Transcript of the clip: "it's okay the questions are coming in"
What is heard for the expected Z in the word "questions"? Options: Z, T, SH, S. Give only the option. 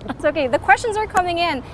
Z